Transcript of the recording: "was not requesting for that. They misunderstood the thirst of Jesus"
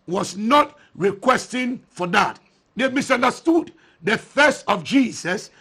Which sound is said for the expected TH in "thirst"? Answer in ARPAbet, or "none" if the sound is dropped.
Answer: F